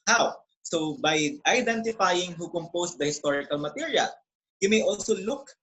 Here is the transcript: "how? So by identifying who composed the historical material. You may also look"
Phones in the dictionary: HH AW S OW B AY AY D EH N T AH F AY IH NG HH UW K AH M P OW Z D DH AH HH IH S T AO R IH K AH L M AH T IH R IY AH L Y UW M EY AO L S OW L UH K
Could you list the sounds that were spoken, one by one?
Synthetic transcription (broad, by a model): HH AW S OW B AY AY D EH N T AH F AY IH NG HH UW K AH M P OW S D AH HH IH S T AO R IH K AH L M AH T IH R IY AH L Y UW M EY AO L S OW L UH K